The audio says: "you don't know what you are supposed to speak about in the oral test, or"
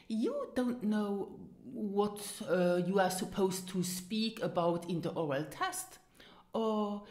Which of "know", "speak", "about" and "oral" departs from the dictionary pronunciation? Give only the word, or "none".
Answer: none